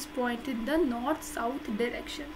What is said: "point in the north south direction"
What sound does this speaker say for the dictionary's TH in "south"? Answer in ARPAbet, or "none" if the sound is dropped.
T